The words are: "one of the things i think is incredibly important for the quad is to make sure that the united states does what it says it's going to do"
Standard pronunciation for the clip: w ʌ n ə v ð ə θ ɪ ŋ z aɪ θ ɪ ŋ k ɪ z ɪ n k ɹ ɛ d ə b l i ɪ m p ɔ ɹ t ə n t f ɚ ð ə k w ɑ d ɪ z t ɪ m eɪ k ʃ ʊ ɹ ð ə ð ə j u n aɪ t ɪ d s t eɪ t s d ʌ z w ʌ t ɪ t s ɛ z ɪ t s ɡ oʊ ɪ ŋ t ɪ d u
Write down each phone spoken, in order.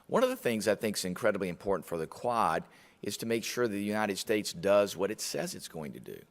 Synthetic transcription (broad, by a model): w ʌ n ə v ð ə θ ɪ ŋ z aɪ θ ɪ ŋ k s ɪ n k ɹ ɛ d ə b l i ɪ m p ɔ ɹ t n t f ɚ ð ə k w ɑ d ɪ z t ɪ m eɪ k ʃ ʊ ɹ ð ə j u n aɪ t ɪ d s t eɪ t s d ʌ z w ʌ t ɪ t s ɛ z ɪ t s ɡ oʊ ɪ ŋ t ɪ d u